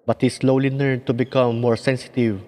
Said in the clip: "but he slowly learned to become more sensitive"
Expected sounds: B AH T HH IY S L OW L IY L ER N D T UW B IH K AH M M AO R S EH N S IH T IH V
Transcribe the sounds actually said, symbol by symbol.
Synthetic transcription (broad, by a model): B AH T HH IY S L OW L IY N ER D T UW B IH K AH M M AO R S EH N S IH T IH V